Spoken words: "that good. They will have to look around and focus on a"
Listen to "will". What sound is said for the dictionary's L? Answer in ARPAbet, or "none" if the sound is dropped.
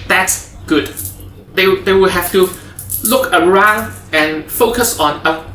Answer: W